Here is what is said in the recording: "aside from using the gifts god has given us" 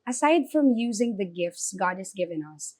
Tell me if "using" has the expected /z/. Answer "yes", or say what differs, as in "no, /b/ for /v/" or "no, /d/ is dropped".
yes